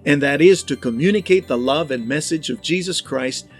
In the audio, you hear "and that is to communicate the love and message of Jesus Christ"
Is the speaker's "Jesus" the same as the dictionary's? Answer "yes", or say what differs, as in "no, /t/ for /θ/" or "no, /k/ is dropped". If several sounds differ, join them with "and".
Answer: yes